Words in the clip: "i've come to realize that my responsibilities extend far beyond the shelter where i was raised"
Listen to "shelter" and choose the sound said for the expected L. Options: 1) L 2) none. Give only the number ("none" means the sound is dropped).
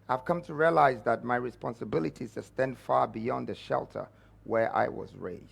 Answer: 1